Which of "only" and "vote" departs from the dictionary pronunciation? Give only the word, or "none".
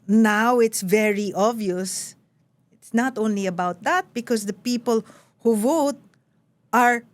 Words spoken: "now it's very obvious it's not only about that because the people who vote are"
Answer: none